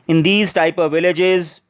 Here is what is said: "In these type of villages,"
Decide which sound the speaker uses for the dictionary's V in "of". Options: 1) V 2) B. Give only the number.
1